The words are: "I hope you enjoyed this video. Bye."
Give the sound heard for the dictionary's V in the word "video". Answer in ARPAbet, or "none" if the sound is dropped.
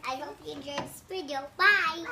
P